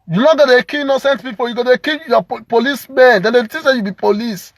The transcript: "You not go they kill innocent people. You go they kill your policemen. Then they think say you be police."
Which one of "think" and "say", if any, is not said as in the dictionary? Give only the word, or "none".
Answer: think